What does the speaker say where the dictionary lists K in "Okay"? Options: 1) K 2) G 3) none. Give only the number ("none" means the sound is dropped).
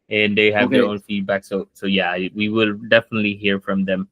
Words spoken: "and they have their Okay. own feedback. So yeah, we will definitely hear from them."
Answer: 3